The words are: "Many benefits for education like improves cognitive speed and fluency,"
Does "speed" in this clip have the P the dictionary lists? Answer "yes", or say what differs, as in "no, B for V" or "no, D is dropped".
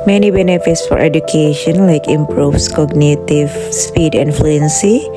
yes